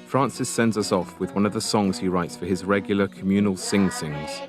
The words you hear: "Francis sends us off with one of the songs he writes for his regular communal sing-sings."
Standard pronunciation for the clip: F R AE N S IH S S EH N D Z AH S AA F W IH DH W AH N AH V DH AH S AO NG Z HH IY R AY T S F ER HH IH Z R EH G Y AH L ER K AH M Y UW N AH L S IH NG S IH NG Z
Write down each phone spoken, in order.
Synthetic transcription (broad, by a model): F R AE N S IH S S EH N D Z AH S AA F W IH DH W AH N AH V DH AH S AO NG Z HH IY R AY T S F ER IH Z R EH G Y L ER K AH M Y UW N AH L S IH NG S IH NG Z